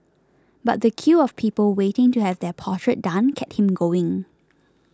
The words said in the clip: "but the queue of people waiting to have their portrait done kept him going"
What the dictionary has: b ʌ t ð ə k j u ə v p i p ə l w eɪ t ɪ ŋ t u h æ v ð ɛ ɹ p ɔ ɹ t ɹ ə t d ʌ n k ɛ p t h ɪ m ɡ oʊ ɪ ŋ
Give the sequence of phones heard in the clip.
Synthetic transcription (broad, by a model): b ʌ t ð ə k j u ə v p i p ə l w eɪ t ɪ ŋ t u h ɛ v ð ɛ p ɔ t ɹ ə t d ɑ n k ɛ t h ɪ m ɡ oʊ ɪ ŋ